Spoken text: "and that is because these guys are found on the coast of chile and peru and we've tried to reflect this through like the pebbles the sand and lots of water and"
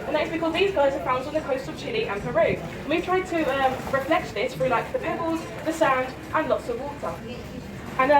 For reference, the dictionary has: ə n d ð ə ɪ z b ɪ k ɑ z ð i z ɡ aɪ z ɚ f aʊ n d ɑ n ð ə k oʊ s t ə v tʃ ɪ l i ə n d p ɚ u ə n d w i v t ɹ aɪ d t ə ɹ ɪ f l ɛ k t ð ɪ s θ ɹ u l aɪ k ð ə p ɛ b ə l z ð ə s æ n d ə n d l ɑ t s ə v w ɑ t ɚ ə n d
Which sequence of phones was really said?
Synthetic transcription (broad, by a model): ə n ð ə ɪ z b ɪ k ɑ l ð i z ɡ aɪ z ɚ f aʊ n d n ð ə k oʊ s t ə v tʃ ɪ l i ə n p ɚ u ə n w i v t ɹ aɪ d t ə ɹ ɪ f l ɛ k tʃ ð ɪ s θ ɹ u l aɪ k ð ə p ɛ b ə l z ð ə s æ n d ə n l ɑ t s ə v w ɑ t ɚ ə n